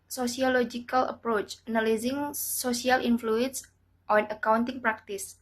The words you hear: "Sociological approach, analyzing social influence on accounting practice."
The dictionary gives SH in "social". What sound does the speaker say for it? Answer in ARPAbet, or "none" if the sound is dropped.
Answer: S